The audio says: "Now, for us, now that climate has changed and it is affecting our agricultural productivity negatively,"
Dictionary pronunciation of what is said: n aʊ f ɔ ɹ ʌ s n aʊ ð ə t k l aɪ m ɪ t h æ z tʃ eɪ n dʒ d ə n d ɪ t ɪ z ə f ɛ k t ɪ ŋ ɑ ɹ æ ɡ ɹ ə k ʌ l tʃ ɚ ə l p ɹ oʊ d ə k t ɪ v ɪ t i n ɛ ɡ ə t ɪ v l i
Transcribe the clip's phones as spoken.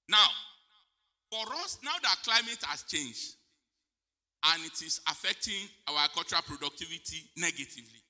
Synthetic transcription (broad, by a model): n aʊ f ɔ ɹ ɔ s n aʊ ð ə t k l aɪ m ɪ t h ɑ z tʃ eɪ n dʒ d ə n ɪ t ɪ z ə f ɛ k t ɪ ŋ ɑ w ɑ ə k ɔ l tʃ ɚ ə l p ɹ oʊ d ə k t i v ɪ t i n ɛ ɡ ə t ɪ v l i